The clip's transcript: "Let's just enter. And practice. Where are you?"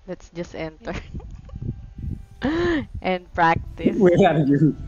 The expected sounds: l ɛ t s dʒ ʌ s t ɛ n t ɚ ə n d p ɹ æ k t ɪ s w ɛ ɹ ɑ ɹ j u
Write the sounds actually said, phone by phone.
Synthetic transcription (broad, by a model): l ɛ t s dʒ ʌ s t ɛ n t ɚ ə n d p ɹ æ k t ɪ s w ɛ l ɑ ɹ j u